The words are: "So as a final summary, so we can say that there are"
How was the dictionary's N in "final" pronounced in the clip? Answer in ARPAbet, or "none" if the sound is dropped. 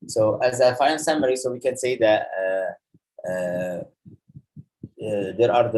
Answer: none